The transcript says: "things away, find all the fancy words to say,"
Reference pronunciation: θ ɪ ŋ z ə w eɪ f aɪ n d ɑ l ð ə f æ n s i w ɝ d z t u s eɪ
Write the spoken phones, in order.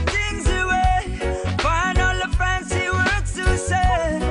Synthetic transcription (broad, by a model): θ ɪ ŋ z ə w eɪ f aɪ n ɑ l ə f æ n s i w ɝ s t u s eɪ